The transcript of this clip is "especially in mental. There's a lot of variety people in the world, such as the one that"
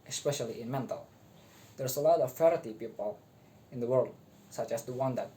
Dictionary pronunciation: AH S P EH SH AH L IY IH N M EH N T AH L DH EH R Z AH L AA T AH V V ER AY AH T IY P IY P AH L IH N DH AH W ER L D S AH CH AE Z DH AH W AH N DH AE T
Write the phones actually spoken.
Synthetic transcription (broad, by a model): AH S P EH SH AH L IY IH N M EH N T AH L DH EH R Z AH L AA T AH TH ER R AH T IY P IY P AH L IH N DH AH W ER L D S AH CH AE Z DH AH W AH N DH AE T